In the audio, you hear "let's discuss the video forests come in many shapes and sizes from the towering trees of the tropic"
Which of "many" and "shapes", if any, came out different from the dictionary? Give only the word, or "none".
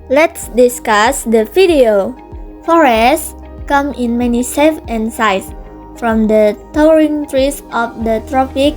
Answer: shapes